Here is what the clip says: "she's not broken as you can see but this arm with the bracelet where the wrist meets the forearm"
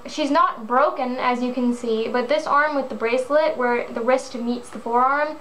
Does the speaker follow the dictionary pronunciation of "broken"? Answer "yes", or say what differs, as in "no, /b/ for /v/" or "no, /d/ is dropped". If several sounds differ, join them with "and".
yes